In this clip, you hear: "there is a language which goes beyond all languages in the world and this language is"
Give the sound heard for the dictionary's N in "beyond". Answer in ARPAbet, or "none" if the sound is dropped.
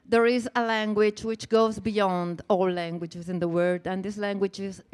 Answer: N